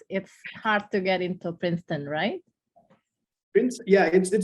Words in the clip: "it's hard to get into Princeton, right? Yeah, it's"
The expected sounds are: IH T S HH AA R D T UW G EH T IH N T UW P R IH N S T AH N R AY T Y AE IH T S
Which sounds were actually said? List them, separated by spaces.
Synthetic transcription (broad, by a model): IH T S HH AA R D T UW G EH T IH N T UW P R IH N S T AH N R AY T Y AE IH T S